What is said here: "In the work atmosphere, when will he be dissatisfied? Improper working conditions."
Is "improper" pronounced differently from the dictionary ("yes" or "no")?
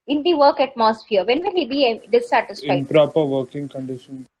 yes